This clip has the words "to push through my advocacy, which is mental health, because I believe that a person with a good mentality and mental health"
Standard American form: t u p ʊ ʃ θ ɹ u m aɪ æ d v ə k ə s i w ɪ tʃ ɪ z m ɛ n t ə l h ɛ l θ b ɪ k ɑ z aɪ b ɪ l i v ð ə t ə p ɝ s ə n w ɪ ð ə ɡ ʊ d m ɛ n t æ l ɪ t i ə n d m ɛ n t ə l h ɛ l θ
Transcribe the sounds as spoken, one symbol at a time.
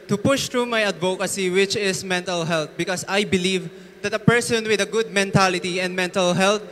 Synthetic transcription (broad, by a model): t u p ʊ ʃ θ ɹ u m aɪ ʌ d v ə k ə s i w ɪ tʃ ɪ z m ɛ n t ə l h ɛ l t b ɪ k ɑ s aɪ b ɪ l i v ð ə t ə p ɝ s ə n w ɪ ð ə ɡ ʊ d m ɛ n t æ l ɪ t i ə n d m ɛ n t ə l h ɛ l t